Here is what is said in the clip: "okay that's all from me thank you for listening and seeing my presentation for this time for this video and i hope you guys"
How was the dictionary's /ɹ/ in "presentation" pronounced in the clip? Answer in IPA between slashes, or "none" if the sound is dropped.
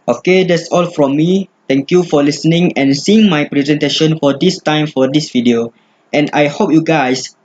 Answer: /ɹ/